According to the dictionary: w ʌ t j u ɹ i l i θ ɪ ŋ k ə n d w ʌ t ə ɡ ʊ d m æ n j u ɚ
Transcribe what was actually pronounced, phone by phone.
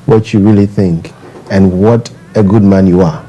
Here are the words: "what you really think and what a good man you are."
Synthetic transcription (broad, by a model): w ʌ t j u ɹ i l i θ ɪ ŋ k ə n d w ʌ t ə ɡ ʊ d m æ n j u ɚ